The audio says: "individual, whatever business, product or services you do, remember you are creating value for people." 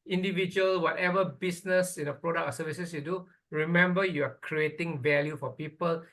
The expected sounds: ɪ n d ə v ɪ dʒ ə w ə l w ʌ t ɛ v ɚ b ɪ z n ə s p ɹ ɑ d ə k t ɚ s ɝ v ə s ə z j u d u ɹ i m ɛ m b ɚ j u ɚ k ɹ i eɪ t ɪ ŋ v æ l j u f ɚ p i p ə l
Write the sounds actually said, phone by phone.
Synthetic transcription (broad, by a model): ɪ n d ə v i dʒ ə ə l w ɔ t ɛ v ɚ b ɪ s n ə s p ɹ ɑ d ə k ɚ s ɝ v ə s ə s j u d u ɹ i m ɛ m b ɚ j u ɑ k ɹ i eɪ t ɪ ŋ v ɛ l j u f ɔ p i p ə l